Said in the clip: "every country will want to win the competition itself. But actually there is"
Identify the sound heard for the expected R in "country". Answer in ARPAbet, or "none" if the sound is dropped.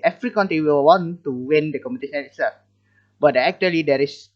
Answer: none